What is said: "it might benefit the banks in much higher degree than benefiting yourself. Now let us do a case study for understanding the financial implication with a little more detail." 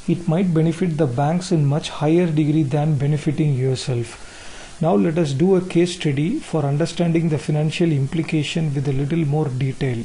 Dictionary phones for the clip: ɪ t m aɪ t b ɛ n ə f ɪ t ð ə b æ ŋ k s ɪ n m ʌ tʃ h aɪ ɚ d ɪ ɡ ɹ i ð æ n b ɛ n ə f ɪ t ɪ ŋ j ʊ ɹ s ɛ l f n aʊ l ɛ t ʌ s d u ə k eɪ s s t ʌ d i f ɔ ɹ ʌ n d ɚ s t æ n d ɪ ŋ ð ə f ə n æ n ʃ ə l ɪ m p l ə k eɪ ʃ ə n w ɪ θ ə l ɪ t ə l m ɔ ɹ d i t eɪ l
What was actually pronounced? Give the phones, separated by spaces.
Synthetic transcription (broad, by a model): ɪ t m aɪ t b ɛ n ə f ɪ t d ə b æ ŋ k s ɪ n m ʌ tʃ h aɪ ɚ d ɪ ɡ ɹ i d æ n b ɛ n ə f ɪ t ɪ ŋ j ʊ ɹ s ɛ l f n aʊ l ɛ t ʌ s d u ə k eɪ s s t ʌ d i f ɔ ɹ ʌ n d ɚ s t æ n d ɪ ŋ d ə f ə n æ n ʃ ə l ɪ m p l ə k eɪ ʃ ə n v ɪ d ə l ɪ t ə l m ɔ ɹ d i t eɪ l